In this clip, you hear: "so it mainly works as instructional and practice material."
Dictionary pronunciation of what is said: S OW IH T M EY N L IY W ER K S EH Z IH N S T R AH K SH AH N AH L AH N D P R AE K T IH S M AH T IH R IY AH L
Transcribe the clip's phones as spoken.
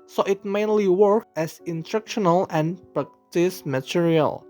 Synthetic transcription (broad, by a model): S OW IH T M EY N L IY W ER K EH S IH N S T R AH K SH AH N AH L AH N P R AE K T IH S M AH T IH R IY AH L